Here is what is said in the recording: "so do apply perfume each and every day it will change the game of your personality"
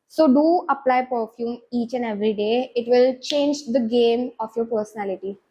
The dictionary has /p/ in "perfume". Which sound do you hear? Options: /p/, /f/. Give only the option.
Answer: /p/